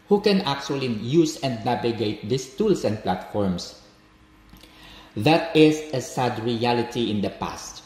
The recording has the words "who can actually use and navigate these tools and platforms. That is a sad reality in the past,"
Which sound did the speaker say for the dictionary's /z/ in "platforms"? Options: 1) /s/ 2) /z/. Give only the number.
1